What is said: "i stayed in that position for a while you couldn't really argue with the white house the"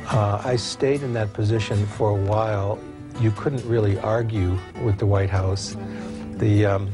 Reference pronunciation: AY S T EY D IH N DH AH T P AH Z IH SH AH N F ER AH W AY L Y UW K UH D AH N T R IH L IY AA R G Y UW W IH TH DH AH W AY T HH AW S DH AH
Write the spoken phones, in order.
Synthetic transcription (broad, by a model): AY S T EY D IH N DH AH T P AH Z IH SH AH N F ER AH W AY L Y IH K UH D N T R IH L IY AA R G Y UW W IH DH AH W AY T HH AW S DH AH